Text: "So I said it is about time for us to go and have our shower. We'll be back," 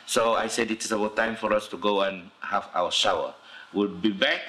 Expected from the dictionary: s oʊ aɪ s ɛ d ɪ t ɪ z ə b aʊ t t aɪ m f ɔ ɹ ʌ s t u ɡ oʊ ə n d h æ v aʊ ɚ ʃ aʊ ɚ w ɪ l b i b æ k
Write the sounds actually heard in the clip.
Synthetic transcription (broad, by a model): s oʊ aɪ s ɛ d ɪ t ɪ s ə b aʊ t t aɪ m f ɔ ɹ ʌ s t u ɡ oʊ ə n h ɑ f aʊ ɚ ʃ aʊ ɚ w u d b i b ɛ k